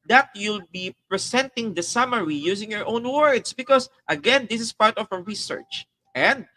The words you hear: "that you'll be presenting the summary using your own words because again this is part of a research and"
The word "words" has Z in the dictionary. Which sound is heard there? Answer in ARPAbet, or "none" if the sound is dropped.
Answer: S